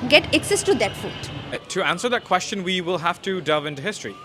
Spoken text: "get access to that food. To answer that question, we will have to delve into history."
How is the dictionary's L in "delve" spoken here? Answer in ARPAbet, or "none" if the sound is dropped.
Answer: none